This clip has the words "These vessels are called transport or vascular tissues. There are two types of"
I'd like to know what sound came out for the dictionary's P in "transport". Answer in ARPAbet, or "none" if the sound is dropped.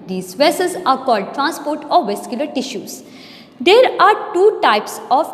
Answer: P